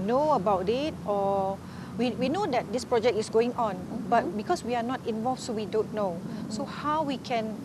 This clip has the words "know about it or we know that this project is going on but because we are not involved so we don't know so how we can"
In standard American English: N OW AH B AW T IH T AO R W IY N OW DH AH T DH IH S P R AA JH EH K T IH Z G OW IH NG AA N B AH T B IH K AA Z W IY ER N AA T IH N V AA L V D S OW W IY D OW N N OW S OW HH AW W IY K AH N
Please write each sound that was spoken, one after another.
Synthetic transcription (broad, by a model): N OW AH B AW T IH T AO W W IY N OW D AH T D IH S P R AA JH EH K T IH S G OW IH NG AA N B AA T B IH K AA S W IY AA N AA T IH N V AA L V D S OW W IY D OW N N OW S OW HH AW W IY K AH N